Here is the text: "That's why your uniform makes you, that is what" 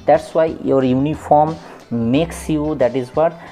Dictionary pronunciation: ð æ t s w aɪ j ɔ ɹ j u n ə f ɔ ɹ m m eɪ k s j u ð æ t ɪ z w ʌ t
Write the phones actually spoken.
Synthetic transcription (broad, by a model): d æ t s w aɪ j ɔ ɹ j u n ə f ɔ ɹ m m eɪ k s j u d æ t ɪ z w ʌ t